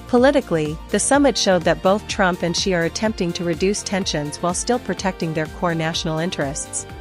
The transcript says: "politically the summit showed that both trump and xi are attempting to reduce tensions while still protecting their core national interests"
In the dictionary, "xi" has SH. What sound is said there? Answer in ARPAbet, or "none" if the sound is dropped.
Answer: SH